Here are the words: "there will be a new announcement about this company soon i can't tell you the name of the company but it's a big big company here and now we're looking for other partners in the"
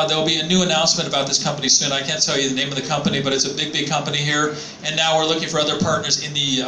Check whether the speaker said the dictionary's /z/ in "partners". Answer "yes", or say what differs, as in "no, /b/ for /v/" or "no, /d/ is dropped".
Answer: yes